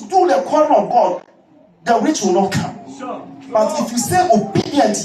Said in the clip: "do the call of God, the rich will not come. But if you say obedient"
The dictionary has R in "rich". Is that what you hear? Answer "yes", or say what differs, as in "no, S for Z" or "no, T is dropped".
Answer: no, W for R